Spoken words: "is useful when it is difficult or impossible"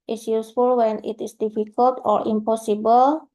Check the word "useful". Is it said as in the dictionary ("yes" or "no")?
yes